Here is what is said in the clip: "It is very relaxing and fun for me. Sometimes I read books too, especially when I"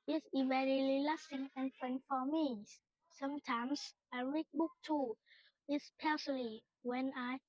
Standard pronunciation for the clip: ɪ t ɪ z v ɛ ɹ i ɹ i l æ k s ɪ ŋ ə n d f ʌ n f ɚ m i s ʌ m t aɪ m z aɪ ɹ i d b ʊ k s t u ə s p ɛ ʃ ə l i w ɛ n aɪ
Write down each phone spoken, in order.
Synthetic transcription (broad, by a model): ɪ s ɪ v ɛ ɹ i l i l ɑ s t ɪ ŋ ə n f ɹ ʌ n f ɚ m i s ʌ m t aɪ m s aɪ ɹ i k b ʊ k t u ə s p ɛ s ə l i w ɛ n aɪ